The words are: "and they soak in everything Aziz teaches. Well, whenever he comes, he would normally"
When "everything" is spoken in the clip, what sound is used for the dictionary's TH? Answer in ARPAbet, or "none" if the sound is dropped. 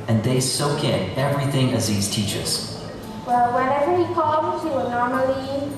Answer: TH